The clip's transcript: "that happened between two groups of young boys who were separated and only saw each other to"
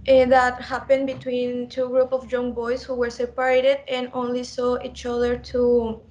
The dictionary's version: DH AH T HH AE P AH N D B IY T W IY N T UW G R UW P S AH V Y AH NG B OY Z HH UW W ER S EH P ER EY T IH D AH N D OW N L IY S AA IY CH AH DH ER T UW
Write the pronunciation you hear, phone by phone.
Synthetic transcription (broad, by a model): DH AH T HH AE P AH N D B IY T W IY N T UW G R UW P AH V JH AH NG B OY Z HH UW W ER S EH P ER EY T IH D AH N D OW N L IY S AA IY CH AH DH ER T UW